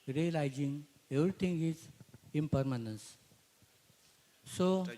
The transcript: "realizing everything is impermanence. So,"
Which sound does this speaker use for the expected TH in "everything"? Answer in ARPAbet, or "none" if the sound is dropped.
T